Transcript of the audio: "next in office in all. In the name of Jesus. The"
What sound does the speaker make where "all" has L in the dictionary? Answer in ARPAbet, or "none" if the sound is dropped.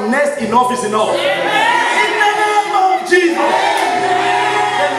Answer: N